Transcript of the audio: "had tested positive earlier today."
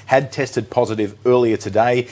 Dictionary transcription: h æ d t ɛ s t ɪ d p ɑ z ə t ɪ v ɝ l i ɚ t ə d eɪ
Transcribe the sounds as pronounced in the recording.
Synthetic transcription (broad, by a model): h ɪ d t ɛ s t ɪ d p ɑ z ə t ɪ v ɝ l i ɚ t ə d eɪ